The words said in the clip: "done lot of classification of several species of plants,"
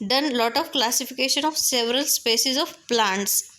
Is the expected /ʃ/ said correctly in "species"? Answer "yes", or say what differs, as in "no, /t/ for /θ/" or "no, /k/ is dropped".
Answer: no, /s/ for /ʃ/